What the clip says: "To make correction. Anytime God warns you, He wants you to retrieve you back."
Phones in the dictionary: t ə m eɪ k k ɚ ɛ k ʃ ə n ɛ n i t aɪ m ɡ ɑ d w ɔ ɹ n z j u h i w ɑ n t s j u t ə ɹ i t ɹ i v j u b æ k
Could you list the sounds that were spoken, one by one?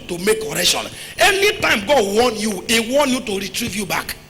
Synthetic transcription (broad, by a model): t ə m eɪ k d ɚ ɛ k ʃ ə n ɛ n i t aɪ m ɡ ɑ d w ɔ n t j u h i w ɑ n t j u t ə ɹ i t ɹ i v j u b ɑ k